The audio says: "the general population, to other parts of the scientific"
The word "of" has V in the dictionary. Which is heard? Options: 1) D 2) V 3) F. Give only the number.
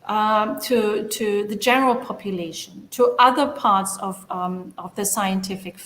2